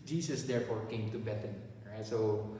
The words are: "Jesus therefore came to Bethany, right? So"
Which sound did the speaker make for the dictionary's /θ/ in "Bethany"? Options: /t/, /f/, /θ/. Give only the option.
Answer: /t/